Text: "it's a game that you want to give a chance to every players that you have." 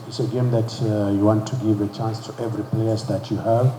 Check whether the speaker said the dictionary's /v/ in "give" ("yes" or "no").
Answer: yes